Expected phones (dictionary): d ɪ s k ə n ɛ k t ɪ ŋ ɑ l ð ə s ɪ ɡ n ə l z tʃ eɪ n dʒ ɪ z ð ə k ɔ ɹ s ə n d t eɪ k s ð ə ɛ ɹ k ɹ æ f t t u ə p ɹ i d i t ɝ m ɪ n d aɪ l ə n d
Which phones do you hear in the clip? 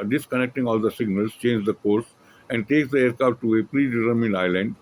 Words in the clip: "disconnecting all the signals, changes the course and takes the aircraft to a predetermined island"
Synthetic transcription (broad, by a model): d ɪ s k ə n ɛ k t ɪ ŋ ɑ l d ə s ɪ ɡ n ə l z tʃ eɪ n dʒ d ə k ɔ ɹ s ə n d t eɪ k s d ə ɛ ɹ k ɑ t t u ə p ɹ i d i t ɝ m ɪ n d aɪ l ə n d